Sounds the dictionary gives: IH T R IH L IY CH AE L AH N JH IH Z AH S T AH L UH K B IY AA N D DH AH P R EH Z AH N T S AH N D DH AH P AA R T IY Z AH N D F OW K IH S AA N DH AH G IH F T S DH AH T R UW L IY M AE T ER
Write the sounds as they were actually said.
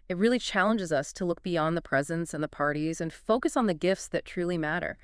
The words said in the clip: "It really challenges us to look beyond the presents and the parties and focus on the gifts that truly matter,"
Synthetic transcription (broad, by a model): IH T R IH L IY CH AE L AH N JH IH Z AH S T AH L UH K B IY AA N DH AH P R EH Z AH N T S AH N DH AH P AA R T IY Z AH N F OW K IH S N DH AH G IH F T S DH AH T R UW L IY M AE T ER